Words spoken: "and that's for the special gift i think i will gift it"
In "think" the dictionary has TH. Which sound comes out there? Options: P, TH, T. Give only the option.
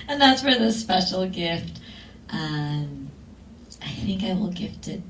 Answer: TH